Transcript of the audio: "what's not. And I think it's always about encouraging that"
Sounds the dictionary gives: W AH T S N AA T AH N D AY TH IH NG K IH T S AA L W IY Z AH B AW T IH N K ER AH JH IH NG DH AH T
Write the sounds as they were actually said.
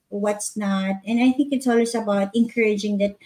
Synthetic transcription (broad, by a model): W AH T S N AA T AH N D AY TH IH NG K IH T S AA L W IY S AH B AW T IH N K ER AH JH IH NG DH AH T